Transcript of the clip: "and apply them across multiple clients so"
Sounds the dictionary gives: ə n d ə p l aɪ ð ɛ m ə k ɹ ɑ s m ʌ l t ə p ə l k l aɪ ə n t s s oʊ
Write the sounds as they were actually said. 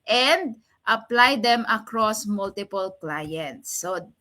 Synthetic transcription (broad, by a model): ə n d ə p l aɪ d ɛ m ə k ɹ ɑ s m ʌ l t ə p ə l k l aɪ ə n t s s oʊ